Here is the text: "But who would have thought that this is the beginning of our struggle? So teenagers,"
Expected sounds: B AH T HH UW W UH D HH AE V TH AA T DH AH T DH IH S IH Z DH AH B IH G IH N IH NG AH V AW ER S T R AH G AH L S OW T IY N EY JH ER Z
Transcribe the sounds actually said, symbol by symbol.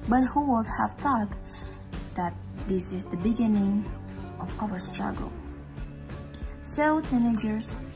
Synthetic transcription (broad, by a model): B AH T HH UW W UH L HH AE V TH AA T DH AH T DH IH S IH Z DH AH B IH G IH N IH NG AH V AW ER S T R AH G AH L S OW T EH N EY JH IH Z